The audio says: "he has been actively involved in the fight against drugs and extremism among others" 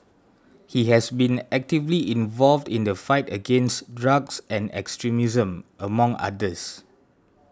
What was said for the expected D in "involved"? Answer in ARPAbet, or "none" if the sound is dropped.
D